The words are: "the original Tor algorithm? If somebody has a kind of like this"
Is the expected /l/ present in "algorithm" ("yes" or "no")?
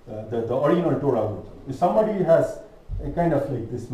no